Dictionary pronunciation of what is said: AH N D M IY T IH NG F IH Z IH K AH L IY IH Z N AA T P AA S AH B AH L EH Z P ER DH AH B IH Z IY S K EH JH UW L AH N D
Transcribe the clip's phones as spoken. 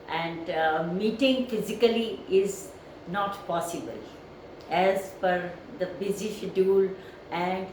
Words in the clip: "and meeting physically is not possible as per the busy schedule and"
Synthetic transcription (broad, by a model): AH N D M IY T IH NG F IH Z IH K AH L IY IH Z N AA T P AA S AH B AH L EH Z F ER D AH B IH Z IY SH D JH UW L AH N D